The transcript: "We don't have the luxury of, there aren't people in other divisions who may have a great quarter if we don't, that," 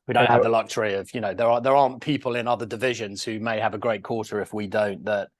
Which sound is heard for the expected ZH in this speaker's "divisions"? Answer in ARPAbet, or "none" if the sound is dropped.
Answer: ZH